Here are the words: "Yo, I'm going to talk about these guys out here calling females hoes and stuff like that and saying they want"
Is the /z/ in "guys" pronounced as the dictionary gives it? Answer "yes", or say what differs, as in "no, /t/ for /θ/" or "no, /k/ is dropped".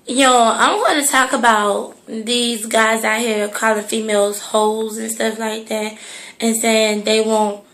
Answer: yes